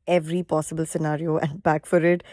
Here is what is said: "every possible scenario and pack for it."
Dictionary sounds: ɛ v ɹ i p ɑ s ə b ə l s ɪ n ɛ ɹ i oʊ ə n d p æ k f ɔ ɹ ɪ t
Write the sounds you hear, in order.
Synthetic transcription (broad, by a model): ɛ v ɹ i p ɑ s ə b ə l s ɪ n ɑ ɹ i oʊ ə n d b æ k f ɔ ɹ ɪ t